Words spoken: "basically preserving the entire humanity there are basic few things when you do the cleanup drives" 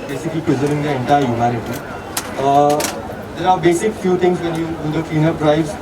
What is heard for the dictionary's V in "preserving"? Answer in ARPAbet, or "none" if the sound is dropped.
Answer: none